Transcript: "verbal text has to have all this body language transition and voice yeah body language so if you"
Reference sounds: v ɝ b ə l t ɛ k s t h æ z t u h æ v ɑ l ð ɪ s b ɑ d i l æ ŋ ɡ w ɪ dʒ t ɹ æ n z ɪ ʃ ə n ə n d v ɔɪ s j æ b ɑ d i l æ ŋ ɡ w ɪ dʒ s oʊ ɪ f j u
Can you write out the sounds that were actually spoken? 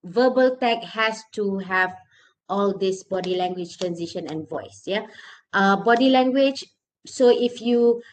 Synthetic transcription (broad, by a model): v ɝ b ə l t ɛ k h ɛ s t u h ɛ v ɑ l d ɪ s b ɑ d i l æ ŋ ɡ w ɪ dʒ t ɹ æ n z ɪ ʃ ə n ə n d v ɔɪ s j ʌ b ɑ d i l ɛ ŋ ɡ w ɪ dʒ s oʊ ɪ f j u